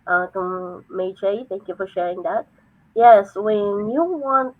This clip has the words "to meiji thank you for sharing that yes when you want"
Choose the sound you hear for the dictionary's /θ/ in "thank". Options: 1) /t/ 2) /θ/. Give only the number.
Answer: 2